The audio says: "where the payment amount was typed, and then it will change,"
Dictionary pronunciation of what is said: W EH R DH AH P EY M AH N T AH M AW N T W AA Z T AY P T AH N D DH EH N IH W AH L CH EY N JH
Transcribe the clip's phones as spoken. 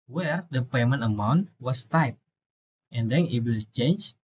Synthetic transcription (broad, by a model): W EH R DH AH P EY M AH N T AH M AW N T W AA S T AY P T AH N D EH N IH W AH L CH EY N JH